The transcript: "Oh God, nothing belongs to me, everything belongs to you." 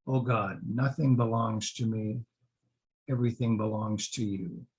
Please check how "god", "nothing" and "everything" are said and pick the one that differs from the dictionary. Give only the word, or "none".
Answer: none